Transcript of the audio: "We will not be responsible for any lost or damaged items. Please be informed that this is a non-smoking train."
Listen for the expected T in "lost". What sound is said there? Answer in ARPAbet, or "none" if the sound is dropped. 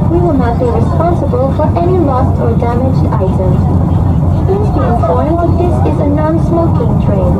T